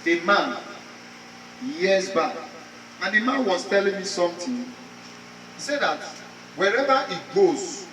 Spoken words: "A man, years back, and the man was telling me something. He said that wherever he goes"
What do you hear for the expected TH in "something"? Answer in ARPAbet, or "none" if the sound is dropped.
T